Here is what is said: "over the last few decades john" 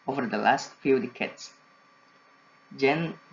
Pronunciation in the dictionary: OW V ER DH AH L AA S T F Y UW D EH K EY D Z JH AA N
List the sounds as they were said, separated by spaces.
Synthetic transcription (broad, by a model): OW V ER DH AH L AA S T F Y UW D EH K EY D S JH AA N